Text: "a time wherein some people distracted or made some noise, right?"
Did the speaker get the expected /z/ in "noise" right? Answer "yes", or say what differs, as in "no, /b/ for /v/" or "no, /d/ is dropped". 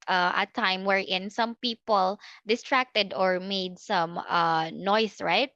no, /s/ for /z/